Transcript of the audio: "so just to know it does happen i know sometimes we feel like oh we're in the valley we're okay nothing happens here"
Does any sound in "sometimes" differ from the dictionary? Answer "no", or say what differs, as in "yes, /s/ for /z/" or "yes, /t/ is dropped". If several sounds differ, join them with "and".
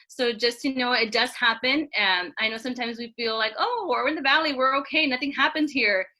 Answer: no